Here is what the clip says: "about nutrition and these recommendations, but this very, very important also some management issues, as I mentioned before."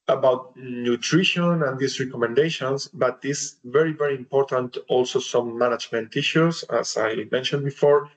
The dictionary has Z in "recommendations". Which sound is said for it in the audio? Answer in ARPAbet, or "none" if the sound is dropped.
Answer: S